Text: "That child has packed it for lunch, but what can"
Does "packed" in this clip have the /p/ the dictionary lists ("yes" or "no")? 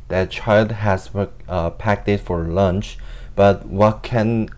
yes